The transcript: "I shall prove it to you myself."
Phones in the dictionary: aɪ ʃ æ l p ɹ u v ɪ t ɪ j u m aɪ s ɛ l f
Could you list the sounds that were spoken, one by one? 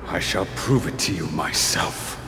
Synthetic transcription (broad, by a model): aɪ ʃ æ l p ɹ u v ɪ t ɪ j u m aɪ s ɛ l f